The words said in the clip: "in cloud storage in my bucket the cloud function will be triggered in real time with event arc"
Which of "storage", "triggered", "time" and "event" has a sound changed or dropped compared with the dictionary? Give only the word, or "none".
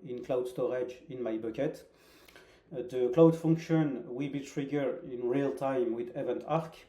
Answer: triggered